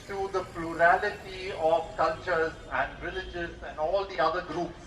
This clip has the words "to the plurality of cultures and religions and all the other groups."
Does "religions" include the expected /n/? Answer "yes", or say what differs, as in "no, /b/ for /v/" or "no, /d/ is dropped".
no, /n/ is dropped